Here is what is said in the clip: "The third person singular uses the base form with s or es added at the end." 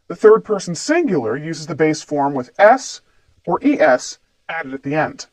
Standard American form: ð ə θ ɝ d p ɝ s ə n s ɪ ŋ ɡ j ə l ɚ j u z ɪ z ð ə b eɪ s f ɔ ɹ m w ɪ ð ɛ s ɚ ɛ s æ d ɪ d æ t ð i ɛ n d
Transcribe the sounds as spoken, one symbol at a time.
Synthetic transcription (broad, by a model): ð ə θ ɝ d p ɝ s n s ɪ ŋ ɡ j l ɚ j u z ɪ z ð ə b eɪ s f ɔ ɹ m w ɪ ð ɛ s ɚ ɛ s æ d ɪ d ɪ t ð i ɛ n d